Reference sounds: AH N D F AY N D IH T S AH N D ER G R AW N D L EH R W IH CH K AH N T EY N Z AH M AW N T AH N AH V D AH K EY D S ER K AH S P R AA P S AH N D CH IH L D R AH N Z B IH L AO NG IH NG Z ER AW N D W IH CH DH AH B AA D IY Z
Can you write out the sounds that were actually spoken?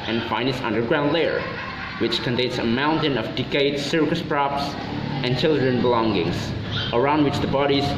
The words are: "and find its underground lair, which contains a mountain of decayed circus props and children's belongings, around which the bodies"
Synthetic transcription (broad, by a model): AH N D F AY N IH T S AH N D ER G R AW N D L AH R W IH CH K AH N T EY N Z AH M AW N T AH N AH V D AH K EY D S ER K AH S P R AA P S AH N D CH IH L D R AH N B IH L AO NG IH NG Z ER AW N D W IH CH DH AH B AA D IY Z